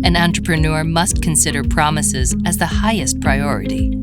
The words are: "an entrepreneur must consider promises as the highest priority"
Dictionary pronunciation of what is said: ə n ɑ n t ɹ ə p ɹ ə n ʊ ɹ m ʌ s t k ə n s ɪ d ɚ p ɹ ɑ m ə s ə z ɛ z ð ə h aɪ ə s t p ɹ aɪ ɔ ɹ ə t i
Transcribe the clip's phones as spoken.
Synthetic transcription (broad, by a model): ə n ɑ n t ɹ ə p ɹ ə n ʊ ɹ m ʌ s t k ə n s ɪ d ɚ p ɹ ɑ m ə s ə z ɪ z ð ə h aɪ ə s t p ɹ aɪ ɔ ɹ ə t i